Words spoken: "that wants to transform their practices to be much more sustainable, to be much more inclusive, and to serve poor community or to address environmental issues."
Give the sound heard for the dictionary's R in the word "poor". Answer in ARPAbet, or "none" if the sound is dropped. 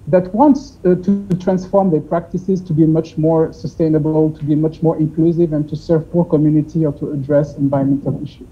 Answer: R